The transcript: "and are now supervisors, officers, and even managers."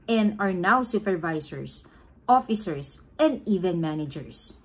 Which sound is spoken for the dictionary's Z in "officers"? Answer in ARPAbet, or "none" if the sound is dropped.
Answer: S